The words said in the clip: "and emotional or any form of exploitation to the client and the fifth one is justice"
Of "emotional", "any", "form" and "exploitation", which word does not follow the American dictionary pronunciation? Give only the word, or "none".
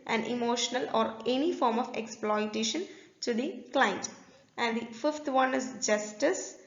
none